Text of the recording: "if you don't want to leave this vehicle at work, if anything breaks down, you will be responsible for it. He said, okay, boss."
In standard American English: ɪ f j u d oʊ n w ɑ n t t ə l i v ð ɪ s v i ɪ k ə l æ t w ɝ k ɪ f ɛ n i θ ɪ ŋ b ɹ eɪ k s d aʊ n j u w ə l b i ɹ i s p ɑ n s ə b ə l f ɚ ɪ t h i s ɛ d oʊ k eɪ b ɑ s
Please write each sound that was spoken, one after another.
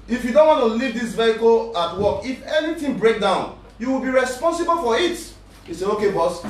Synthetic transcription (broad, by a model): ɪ f j u d oʊ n w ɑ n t t ə l i v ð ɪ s v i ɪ k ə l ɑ t w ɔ k ɪ f ɛ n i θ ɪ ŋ b ɹ eɪ k d aʊ n j u w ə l b i ɹ i s p ɑ n s ə b ə l f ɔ ɪ t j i s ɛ oʊ k eɪ b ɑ s